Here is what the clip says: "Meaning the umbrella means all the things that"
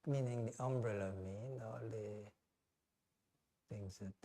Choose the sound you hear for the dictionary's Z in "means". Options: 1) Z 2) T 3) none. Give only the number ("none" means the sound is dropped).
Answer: 3